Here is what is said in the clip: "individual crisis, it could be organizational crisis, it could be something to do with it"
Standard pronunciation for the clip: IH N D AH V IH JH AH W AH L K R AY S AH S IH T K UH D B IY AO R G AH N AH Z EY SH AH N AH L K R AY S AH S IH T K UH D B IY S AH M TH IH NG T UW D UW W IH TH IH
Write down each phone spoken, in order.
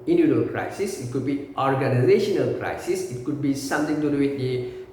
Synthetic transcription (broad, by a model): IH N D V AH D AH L K R AY S AH S IH T K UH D B IY AO R G AH N AH Z EY SH AH N AH L K R AY S AH S IH T K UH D B IY S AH M T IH NG T UW D UW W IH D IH